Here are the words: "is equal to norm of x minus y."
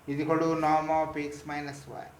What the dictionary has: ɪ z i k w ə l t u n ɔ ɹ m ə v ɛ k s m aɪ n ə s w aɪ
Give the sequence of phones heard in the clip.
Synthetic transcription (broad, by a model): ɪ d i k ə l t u n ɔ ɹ m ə p ɛ k s m aɪ n ə s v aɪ